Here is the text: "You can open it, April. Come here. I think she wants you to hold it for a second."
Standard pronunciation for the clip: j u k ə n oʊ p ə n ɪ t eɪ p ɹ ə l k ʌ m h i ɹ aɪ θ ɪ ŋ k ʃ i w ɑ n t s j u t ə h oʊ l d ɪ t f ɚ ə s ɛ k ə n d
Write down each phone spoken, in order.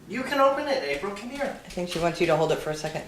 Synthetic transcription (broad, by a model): j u k ə n oʊ p ə n ɪ t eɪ b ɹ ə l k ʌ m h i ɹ aɪ θ ɪ ŋ k ʃ i w ɑ n t s j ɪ t ə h oʊ l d ɪ t f ɚ ə s ɛ k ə n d